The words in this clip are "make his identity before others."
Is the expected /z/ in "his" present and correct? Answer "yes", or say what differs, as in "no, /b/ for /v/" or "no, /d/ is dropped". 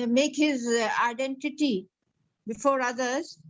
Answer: yes